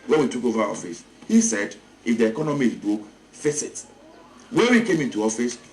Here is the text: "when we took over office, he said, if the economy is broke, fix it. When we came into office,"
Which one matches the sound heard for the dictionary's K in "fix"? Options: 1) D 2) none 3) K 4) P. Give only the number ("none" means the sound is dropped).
2